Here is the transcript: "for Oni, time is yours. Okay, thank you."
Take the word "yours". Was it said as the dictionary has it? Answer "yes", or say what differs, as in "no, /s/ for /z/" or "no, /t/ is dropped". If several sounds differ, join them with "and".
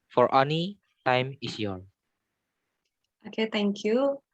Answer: no, /z/ is dropped